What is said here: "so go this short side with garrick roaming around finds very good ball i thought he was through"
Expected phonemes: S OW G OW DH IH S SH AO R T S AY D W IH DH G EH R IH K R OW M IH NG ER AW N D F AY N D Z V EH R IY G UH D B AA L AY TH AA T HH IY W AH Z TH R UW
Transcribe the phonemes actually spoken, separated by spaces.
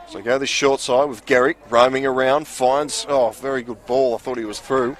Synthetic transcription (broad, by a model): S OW G OW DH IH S SH AO R T S AY D W IH DH G EH R IH K R OW M IH NG ER AW N D F AY N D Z V EH R IY G UH D B AA L AY TH AA T HH IY W AH Z TH R UW